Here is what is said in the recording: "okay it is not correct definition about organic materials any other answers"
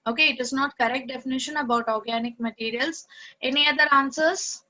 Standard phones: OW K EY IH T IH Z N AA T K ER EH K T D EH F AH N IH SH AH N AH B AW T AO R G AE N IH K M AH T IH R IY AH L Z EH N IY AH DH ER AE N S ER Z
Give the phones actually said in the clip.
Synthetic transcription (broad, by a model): OW K EY IH T IH Z N AA T K ER EH K T D EH F AH N IH SH AH N AH B AW T AO R G AE N IH K M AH T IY R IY AH L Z EH N IY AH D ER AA N S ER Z